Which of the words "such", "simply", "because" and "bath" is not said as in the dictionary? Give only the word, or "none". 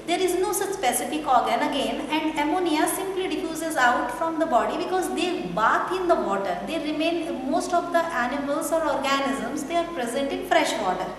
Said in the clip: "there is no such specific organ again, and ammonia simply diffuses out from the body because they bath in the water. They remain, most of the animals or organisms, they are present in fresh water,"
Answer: bath